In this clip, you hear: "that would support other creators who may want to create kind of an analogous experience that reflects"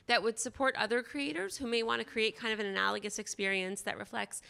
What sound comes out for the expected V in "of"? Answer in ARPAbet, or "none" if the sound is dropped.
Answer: V